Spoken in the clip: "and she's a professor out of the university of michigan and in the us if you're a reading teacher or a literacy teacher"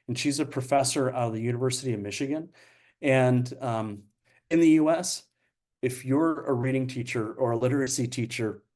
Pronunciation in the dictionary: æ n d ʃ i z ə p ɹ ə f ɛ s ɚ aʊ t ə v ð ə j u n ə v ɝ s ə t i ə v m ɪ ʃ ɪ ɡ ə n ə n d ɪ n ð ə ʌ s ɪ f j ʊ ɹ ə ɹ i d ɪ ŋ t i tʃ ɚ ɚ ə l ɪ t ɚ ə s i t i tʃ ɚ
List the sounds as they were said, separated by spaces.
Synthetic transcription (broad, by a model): n ʃ i z ə p ɹ ə f ɛ s ɚ aʊ t ə v ð ə j u n ə v ɝ s ə t i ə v m ɪ ʃ ɪ ɡ ə n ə n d ɪ n ð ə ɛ s ɪ f j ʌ ɹ ə ɹ i d ɪ ŋ t i tʃ ɚ ɚ ə l ɪ t ɚ ə s i t i tʃ ɚ